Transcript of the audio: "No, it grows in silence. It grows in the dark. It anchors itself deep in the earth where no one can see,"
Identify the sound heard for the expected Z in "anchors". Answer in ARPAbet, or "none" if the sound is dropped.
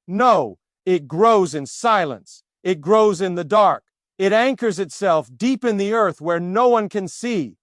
Z